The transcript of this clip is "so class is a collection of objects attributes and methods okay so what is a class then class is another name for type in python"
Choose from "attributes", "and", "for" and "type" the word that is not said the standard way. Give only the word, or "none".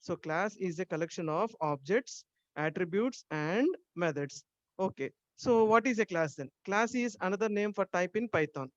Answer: none